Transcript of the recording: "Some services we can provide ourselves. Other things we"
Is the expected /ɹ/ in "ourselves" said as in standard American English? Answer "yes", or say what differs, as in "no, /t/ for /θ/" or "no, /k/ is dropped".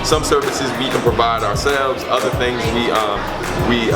yes